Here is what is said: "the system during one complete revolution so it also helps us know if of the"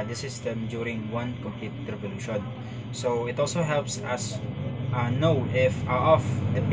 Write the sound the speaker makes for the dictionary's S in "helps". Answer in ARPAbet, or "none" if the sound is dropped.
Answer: S